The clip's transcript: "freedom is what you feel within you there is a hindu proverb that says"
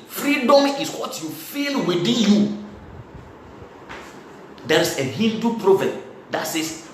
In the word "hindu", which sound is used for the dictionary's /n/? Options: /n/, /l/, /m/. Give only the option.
/l/